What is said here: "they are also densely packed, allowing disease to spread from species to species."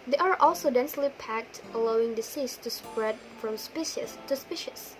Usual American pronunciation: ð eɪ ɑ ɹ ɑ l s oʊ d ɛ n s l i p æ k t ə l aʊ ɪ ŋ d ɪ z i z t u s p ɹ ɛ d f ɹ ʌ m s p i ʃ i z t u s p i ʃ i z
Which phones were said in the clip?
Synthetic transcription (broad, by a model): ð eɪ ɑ ɹ ɑ l s oʊ d ɛ n s l i p æ k t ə l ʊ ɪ ŋ d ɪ s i s t u s p ɹ ɛ d f ɹ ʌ m s p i ʃ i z t u s p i ʃ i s